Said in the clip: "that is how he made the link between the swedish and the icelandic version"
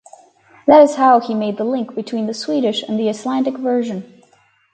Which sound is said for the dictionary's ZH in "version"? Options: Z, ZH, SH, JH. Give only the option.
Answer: ZH